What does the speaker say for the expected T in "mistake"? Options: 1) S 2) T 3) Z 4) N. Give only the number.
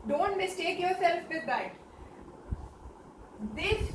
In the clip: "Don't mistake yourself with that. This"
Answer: 2